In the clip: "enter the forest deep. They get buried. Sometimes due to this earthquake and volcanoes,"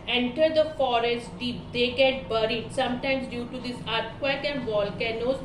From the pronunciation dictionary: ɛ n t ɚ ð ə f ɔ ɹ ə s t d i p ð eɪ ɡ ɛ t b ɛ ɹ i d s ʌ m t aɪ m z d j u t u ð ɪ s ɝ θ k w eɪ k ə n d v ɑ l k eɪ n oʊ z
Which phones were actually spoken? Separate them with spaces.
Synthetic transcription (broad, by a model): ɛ n t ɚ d ə f ɔ ɹ ə s t d i p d eɪ ɡ ɛ t b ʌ ɹ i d s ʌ m t aɪ m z d j u t u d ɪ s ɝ t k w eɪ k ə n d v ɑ l k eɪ n oʊ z